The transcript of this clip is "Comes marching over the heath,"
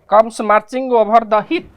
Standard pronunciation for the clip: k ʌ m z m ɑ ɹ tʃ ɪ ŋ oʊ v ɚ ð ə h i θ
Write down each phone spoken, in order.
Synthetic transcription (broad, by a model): k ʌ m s m ɑ ɹ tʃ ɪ ŋ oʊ b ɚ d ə h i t